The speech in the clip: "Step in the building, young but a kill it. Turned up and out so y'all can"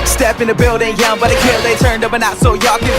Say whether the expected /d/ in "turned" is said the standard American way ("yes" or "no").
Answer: yes